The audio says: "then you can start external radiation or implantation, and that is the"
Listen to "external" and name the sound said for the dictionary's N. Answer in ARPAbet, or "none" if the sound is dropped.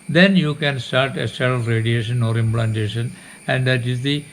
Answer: none